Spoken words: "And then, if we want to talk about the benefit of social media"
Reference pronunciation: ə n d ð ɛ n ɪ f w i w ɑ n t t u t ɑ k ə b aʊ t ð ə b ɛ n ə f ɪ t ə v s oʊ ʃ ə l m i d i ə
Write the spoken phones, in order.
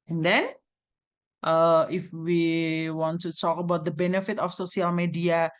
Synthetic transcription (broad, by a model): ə n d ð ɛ n ɪ f w i w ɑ n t t u t ɑ k ə b aʊ t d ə b ɛ n ə f ɪ t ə f s oʊ s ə l m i d i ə